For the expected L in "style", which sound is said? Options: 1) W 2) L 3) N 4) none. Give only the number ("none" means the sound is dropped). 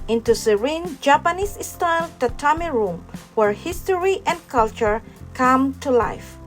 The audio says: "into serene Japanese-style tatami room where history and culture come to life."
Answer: 3